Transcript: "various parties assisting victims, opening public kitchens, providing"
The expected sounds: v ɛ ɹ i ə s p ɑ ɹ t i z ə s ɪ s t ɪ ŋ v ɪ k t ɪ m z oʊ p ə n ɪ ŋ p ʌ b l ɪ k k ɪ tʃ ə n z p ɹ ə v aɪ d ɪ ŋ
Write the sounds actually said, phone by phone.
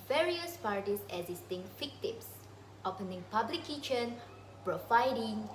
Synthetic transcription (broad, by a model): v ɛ ɹ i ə s p ɑ ɹ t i s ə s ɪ s t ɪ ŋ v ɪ k t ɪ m s oʊ p ə n ɪ ŋ p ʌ b l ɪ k k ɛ ʃ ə n p ɹ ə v aɪ d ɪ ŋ